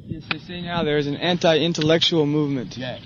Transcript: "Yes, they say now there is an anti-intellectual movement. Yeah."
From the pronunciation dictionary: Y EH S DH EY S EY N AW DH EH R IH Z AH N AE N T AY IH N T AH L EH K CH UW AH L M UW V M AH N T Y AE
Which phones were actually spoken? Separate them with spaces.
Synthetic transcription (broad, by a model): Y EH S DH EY S EY N AW DH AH R IH Z AH N AE N T AY IH N T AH L EH K CH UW L M UW V M AH N T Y